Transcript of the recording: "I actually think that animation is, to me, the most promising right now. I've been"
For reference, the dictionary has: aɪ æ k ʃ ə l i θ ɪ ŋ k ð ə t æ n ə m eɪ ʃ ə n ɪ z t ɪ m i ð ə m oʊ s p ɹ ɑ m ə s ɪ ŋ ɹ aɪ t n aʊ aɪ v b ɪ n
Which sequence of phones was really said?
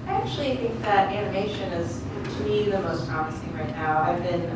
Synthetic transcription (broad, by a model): aɪ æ k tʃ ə l i θ ɪ ŋ k ð ə t æ n ə m eɪ ʃ ə n ɪ z t ɪ m i ð ə m oʊ s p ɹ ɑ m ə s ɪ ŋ ɹ aɪ t n aʊ aɪ v b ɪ n